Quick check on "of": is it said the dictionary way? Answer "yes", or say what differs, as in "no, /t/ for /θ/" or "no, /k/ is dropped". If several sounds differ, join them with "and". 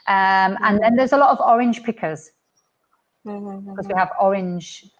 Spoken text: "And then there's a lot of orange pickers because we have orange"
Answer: yes